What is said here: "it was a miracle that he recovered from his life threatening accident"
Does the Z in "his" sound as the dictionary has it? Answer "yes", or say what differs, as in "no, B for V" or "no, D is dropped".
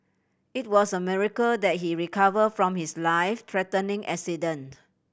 no, S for Z